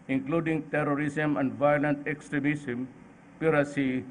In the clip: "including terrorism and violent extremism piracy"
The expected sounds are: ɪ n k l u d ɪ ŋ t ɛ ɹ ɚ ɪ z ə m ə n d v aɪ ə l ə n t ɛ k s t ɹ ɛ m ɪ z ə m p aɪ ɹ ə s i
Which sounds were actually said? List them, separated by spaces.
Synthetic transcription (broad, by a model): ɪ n k l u d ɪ ŋ t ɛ ɹ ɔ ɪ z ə m ə n d v aɪ ə l ə n t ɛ k s t ɹ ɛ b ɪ s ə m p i ɹ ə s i